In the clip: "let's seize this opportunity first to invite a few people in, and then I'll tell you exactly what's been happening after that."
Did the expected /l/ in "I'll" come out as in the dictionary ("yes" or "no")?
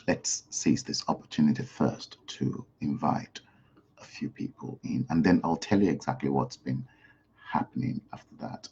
yes